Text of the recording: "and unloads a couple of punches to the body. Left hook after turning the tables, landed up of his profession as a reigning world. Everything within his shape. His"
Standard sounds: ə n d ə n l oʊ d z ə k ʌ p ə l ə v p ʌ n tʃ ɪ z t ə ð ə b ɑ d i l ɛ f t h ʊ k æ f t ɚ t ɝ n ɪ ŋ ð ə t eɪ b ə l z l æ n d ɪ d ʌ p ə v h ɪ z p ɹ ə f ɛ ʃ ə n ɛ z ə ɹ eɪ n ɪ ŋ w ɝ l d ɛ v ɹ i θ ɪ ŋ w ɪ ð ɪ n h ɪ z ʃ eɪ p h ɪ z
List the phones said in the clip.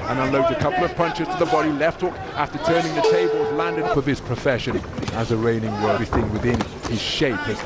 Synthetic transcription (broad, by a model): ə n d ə n l oʊ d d ə k ʌ p l ə v p ʌ n tʃ ɪ z t ə ð ə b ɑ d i l ɛ f t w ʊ k æ f t ɚ t ɝ n ɪ ŋ ð ə t eɪ b ə l z l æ n d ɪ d ʌ p ə v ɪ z p ɹ ə f ɛ ʃ ə n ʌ z ə ɹ eɪ n ɪ ŋ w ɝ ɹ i s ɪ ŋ w ɪ ð ɪ n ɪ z ʃ eɪ p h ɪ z